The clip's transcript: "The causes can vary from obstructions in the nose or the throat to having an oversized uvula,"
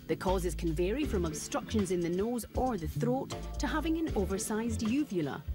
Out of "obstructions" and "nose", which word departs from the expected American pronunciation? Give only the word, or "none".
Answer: none